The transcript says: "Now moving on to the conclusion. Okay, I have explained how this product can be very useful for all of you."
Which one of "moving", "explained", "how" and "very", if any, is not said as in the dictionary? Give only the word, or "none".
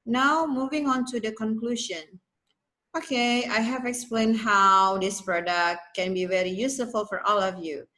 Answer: none